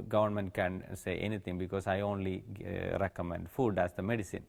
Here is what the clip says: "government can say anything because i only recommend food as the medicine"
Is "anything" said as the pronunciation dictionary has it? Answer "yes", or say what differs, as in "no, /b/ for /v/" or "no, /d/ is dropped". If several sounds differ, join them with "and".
no, /t/ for /θ/